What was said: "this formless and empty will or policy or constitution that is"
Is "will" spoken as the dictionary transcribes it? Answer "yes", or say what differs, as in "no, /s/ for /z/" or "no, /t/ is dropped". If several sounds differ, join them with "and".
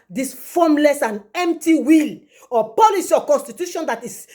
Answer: yes